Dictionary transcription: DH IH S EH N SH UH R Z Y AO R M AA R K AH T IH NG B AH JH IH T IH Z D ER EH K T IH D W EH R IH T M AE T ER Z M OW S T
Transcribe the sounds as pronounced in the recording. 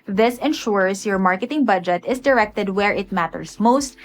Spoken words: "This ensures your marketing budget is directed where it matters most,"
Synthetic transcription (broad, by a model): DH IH S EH N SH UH R S Y AO R M AA R K AH T IH NG B AH JH IH T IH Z D ER EH K T IH D W EH R IH T M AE T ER S M OW S T